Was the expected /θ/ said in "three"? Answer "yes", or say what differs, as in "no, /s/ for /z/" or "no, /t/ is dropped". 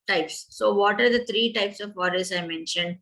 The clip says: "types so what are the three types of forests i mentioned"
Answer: no, /t/ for /θ/